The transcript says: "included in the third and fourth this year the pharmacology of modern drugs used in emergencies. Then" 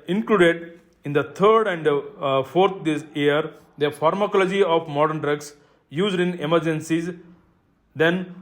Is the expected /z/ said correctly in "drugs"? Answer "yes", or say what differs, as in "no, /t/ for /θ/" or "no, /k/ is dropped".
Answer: no, /s/ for /z/